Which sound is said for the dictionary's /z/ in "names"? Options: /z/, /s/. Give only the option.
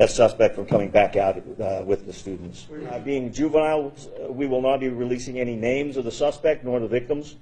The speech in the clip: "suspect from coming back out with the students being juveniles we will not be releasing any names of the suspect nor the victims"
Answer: /z/